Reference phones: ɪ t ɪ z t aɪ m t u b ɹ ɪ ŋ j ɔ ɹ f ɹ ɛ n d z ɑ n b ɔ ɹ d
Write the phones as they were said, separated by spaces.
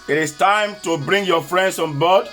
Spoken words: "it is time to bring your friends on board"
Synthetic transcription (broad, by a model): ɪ t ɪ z t aɪ m t u b ɹ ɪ ŋ j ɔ f ɹ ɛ n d s ɑ n b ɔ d